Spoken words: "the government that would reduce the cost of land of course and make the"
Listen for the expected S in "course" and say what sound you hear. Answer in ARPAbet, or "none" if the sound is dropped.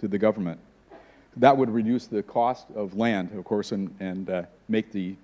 S